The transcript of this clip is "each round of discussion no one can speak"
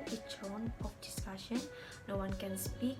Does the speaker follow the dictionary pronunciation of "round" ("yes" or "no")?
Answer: no